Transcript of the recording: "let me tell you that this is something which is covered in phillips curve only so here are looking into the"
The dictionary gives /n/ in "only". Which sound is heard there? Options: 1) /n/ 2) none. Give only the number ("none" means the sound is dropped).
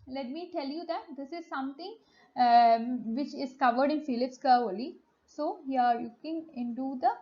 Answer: 2